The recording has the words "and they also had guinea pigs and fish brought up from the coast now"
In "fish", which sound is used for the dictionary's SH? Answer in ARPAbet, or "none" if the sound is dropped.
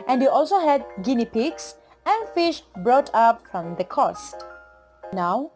SH